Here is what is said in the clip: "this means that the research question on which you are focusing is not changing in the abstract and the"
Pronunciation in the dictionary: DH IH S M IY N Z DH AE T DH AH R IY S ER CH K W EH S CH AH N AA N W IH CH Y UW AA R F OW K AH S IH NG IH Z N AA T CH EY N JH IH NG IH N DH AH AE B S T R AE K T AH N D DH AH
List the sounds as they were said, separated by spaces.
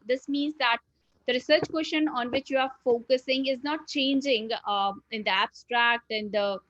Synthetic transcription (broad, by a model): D IH S M IY N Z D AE T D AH R IY S ER CH K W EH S SH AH N AA N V IH CH Y UW AA R F OW K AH S IH NG IH Z N AA T CH EY N JH IH NG IH N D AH AE B S T R AE K T AH N D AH